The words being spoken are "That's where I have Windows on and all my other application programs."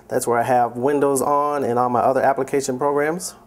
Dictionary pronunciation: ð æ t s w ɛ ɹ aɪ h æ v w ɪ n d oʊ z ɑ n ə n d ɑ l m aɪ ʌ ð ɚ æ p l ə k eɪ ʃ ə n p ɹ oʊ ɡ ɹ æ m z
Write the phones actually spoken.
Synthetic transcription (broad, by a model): ð æ t s w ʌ ɹ aɪ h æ v w ɪ n d oʊ z n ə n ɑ n m aɪ ʌ ð ɚ æ p l ə k eɪ ʃ ə n p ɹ oʊ ɡ ɹ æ m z